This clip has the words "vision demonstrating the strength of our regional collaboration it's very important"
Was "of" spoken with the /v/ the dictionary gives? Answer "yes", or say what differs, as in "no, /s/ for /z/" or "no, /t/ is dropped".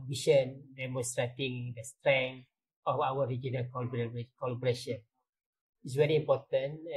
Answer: no, /f/ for /v/